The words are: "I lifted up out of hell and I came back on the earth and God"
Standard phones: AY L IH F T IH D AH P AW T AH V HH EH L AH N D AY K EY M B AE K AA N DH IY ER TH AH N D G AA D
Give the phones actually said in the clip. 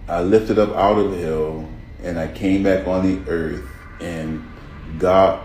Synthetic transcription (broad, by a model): AY L IH F T IH D AH P AW T AH V HH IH L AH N AY K EY M B AE K N DH IY ER TH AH N G AA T